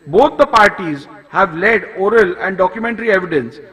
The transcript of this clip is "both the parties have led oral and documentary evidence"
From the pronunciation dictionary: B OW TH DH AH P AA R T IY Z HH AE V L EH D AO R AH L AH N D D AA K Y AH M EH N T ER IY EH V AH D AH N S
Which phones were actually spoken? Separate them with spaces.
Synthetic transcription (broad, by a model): B OW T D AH P AA R T IY Z HH AE V L EH D AO R AH L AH N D D AA K Y AH M EH N T ER IY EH V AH D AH N S